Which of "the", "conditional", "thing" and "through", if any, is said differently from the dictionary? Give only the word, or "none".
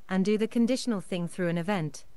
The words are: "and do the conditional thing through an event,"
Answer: none